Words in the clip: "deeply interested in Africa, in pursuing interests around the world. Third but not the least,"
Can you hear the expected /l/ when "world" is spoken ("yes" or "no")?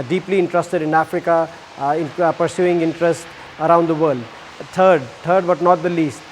no